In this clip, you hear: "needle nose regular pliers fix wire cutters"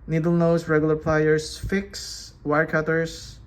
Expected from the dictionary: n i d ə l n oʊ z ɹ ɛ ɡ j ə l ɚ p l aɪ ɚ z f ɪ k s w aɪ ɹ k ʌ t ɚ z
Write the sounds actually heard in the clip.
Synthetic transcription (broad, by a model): n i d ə l n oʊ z ɹ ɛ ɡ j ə l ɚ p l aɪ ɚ s f ɪ k s w aɪ ɹ k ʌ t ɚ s